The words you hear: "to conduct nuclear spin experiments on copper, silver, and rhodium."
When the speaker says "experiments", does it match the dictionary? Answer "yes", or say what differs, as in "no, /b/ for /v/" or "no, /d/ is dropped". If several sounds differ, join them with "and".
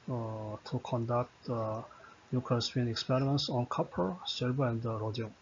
yes